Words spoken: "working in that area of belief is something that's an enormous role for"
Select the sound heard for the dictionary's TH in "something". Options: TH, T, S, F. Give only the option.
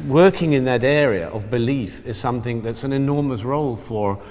TH